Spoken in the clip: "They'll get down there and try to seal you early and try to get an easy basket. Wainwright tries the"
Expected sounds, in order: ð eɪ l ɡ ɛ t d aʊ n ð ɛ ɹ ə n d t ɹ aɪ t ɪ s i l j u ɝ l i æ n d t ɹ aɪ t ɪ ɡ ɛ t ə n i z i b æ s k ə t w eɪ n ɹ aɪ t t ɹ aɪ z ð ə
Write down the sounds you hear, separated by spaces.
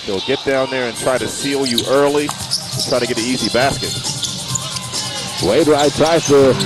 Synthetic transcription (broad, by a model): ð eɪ l ɡ ɛ t d aʊ n ð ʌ ɹ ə n t ɹ aɪ t ɪ s i l j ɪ ɝ l i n t ɹ aɪ t ɪ ɡ ɛ t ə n i z i b æ s k ə t w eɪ ɹ aɪ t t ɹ aɪ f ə